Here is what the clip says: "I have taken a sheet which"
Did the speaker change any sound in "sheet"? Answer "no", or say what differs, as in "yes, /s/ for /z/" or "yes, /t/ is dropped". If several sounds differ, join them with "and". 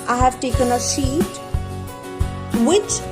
yes, /s/ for /ʃ/